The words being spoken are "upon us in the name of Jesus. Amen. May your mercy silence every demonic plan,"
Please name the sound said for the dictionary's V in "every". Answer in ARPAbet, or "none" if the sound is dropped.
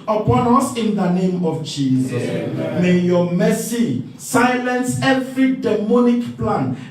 F